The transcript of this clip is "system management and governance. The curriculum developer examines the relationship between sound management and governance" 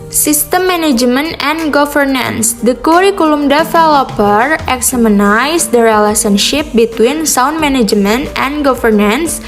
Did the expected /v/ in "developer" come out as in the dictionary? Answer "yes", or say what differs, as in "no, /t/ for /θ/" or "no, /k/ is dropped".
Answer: no, /f/ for /v/